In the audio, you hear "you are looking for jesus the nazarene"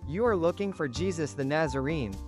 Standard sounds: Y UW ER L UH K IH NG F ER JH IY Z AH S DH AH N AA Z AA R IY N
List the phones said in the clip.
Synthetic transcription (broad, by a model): Y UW ER L UH K IH NG F ER JH IY Z AH S DH AH N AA Z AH R IY N